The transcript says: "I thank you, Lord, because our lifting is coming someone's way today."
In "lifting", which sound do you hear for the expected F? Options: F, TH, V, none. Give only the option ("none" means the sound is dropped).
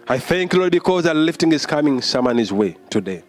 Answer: F